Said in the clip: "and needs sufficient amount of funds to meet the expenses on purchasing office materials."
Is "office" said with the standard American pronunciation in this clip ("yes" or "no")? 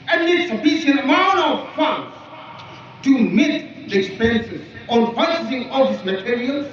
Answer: no